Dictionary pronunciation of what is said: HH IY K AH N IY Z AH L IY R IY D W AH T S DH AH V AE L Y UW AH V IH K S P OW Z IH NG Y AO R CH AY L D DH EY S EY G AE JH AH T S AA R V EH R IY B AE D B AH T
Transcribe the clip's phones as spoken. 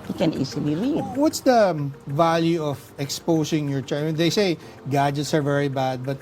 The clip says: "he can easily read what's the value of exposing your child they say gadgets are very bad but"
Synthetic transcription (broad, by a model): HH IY K AH N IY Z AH L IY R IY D W AH T S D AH V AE L Y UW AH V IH K S P OW S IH NG Y AO R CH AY N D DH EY S EY G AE JH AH T S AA R V EH R IY B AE D B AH T